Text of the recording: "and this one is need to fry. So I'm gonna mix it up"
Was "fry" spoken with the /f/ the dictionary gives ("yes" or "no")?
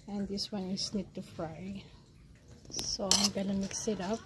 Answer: yes